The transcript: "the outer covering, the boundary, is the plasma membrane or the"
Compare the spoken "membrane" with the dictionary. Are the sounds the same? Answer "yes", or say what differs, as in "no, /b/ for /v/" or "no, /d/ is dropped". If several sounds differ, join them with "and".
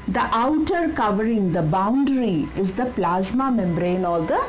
yes